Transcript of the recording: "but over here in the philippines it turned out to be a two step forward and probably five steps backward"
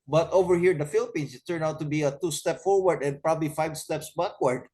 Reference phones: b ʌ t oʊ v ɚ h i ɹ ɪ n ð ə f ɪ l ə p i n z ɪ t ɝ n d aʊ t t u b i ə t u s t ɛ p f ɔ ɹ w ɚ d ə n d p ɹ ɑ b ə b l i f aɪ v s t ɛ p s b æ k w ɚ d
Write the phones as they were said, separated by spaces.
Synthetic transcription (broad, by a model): b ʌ t oʊ v ɚ h i ɹ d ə f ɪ l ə p i n s ɪ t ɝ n aʊ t t u b i ə t u s t ɛ p f ɔ ɹ w ɚ d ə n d p ɹ ɑ b ə b l i f aɪ v s t ɛ p s b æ k w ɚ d